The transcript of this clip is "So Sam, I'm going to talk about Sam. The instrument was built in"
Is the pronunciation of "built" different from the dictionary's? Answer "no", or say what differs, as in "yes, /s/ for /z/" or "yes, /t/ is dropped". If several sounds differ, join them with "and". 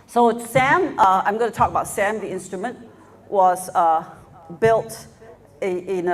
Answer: no